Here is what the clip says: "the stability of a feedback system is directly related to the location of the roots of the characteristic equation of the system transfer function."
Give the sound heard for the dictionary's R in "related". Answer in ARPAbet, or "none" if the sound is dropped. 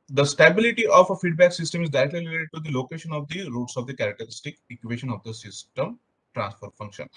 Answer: L